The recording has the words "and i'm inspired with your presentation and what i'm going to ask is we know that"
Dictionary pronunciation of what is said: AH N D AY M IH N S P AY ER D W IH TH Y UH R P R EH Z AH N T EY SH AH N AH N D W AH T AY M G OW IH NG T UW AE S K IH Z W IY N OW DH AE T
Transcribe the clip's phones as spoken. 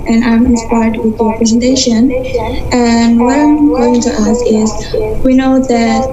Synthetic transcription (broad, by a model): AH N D AY M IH N S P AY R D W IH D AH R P R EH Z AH N T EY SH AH N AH N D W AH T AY M G OW IH NG T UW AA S IH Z W IY N OW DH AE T